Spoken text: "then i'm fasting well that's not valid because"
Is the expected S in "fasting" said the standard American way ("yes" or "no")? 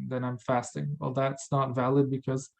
yes